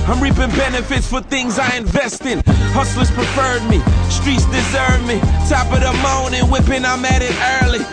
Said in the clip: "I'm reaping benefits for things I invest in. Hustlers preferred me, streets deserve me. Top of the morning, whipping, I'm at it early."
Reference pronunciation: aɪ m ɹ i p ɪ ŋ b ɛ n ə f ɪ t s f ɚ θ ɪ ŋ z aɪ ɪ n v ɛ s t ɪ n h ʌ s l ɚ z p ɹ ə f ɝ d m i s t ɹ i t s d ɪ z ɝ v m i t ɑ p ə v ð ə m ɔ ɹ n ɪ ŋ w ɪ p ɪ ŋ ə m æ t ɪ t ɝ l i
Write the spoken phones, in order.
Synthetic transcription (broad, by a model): aɪ m ɹ i p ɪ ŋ b ɛ n ə f ɪ t s f ɚ θ ɪ ŋ z aɪ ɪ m v ɛ s t ɪ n h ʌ s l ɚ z p ɹ ə f ɝ d m i s t ɹ i t s d ɪ z ɝ v m i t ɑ p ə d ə m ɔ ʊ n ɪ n w ɪ p ɪ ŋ ə m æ t ɪ t ɝ l i